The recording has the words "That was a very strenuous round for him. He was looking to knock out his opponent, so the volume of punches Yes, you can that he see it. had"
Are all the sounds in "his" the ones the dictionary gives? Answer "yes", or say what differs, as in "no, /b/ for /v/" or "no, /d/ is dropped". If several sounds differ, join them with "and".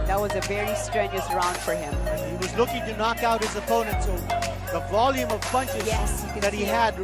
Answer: yes